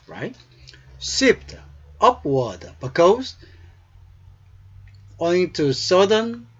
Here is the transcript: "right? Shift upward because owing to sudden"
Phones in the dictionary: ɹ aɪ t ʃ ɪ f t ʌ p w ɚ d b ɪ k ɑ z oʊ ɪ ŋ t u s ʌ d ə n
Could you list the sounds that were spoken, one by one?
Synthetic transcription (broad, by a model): ɹ aɪ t s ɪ p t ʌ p w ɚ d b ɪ k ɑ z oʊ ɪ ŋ t u s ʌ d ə n